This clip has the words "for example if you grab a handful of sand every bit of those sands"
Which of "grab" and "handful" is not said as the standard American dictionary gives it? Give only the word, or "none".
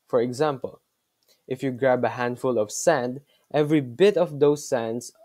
none